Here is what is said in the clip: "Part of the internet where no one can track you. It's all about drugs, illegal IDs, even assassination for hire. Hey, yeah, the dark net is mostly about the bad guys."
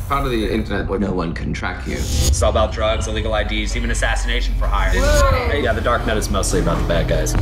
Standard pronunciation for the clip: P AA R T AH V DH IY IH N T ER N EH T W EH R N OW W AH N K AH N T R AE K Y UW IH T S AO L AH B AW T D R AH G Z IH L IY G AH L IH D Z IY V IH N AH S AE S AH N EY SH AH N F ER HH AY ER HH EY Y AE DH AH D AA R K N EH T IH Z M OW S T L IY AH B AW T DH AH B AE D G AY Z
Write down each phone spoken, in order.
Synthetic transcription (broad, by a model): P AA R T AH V DH IY IH N T ER N EH T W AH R N OW W AH N K AH N T R AE K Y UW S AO AH B AW T D R AH G Z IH L IY G L IH D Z IY V IH N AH S AE S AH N EY SH N F ER HH AY ER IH Y AE DH AH D AA R K N EH T IH Z M OW S T L IY AH B AW T DH AH B AE D G AY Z